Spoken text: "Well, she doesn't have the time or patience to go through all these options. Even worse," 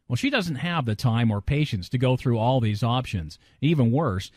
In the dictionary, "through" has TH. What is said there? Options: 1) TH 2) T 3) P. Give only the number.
1